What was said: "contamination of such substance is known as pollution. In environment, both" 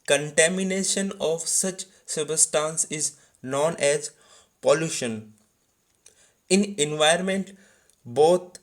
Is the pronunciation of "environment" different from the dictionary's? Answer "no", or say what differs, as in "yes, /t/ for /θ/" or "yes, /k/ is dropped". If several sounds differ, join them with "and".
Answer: yes, /ɹ/ is dropped